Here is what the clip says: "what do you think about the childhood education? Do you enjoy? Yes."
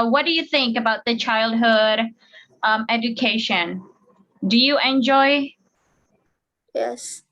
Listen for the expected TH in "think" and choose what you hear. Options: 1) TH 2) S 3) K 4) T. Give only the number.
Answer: 1